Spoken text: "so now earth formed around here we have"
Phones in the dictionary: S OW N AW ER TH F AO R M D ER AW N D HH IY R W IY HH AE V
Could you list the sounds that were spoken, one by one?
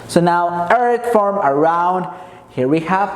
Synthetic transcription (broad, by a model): S OW N AW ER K F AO R M ER AW N D HH IY R W IY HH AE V